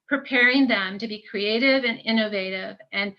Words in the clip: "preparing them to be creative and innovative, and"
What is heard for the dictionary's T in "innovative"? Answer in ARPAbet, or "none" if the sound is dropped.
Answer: T